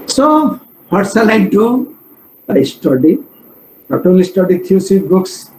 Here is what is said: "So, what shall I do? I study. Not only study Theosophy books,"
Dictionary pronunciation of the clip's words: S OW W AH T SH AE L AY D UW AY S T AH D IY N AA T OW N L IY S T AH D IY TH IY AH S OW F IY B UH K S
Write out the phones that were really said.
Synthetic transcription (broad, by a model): S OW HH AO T S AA L AY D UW AY S T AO D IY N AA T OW L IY S T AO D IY T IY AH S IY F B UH K S